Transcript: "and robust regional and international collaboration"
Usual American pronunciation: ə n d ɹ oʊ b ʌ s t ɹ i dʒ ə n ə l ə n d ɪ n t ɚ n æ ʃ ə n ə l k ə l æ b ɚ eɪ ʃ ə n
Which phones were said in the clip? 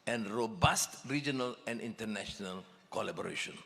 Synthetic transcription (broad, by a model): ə n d ɹ oʊ b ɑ s t ɹ i dʒ ə n ə l ə n d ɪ n t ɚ n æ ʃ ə n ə l k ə l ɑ b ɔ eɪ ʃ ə n